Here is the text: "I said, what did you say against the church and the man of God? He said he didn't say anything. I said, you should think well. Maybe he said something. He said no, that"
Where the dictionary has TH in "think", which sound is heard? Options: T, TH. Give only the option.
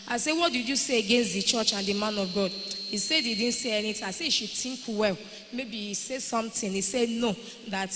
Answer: T